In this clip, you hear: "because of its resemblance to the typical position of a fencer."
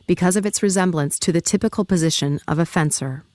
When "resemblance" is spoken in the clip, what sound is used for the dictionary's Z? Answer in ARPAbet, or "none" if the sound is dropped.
Z